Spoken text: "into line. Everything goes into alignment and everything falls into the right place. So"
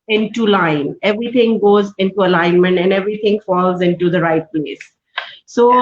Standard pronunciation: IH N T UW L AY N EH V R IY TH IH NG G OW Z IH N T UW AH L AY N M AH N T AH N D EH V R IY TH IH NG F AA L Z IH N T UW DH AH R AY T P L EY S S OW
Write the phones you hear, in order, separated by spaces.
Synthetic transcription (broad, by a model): IH N T UW L AY N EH V R IY T IH NG G OW Z IH N T UW AH L AY N M AH N T AH N D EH V R IY T IH NG F AA L Z IH N T UW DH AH R AY T P L EY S S OW